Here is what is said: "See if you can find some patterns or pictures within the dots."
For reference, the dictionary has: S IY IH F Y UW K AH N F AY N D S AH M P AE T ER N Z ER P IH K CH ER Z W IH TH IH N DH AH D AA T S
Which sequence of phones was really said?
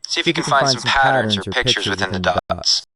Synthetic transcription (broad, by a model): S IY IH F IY K AH N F AY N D S AH M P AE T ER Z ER P IH K CH ER Z W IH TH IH N DH AH D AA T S